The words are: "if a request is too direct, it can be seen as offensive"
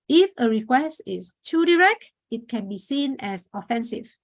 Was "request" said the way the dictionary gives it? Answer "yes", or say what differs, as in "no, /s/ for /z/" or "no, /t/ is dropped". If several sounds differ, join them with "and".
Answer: yes